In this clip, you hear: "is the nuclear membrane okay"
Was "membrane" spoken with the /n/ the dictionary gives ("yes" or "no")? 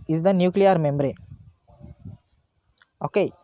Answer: no